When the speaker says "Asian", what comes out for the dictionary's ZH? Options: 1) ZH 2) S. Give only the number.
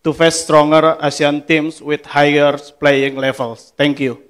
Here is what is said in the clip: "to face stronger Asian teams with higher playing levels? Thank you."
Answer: 2